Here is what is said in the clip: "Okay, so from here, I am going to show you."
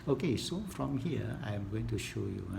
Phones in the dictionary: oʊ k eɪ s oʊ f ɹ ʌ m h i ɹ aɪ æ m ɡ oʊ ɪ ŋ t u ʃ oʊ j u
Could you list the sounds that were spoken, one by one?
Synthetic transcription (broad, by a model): oʊ k eɪ s oʊ f ɹ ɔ m h i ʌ aɪ m ɡ oʊ ɪ ŋ t u ʃ oʊ j u